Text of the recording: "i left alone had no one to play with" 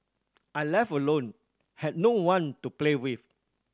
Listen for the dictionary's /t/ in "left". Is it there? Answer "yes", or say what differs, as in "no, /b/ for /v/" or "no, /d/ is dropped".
no, /t/ is dropped